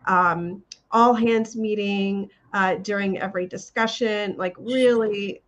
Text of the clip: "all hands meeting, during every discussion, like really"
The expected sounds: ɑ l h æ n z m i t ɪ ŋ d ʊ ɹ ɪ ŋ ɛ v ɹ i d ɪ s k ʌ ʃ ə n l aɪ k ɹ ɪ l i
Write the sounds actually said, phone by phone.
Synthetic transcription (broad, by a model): ɑ l h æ n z m i t ɪ ŋ d ʊ ɹ ɪ ŋ ɛ v ɹ i d ɪ s k ʌ ʃ ə n l aɪ k ɹ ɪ l i